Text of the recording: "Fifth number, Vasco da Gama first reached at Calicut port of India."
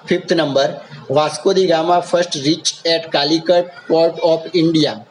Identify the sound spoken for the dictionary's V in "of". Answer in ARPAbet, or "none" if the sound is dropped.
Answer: P